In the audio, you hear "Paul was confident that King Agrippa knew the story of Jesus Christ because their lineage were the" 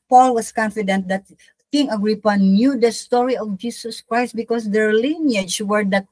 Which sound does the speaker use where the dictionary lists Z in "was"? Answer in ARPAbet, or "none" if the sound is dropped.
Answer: S